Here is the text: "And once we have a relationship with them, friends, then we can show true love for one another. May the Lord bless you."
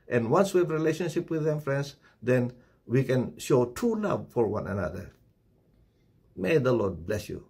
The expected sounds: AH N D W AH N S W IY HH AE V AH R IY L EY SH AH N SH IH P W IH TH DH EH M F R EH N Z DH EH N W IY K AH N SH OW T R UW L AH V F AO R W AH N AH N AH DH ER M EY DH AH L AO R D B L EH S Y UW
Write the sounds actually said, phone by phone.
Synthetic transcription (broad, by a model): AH N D W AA N S W IY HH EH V R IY L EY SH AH N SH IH P W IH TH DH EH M F R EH N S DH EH N W IY K AH N SH OW T UW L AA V F AO R W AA N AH N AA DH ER M EY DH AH L AO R D B L EH S Y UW